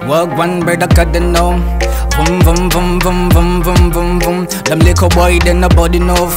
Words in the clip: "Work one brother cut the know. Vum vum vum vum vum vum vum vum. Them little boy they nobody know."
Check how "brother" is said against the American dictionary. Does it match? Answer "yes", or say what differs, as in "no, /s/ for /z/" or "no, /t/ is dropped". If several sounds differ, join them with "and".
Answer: no, /ɹ/ is dropped